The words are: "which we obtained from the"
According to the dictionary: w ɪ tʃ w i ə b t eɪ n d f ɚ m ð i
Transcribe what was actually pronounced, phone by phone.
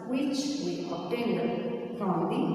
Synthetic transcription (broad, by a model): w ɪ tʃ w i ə t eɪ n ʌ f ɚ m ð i